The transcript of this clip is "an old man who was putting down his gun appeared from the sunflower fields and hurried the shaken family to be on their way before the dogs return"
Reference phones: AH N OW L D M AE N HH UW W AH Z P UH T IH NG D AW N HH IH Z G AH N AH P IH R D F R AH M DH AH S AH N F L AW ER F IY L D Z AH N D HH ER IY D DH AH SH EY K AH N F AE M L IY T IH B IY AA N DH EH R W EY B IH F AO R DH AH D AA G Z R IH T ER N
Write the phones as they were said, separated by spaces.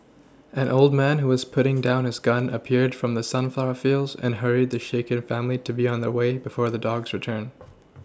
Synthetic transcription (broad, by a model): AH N OW L D M AE N HH UW W AH Z P UH T IH NG D AW N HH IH Z G AH N AH P IH R D F R AH M DH AH S AH N F L AW ER F IY L D Z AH N HH ER IY D DH AH SH EY K AH N F AE M L IY T IH B IY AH N DH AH R W EY B IH F AO R DH AH D AA G Z R IH T ER N